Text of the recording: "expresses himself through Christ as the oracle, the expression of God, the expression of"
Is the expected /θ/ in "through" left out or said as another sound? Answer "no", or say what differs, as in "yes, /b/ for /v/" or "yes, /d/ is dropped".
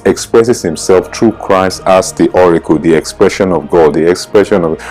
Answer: yes, /t/ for /θ/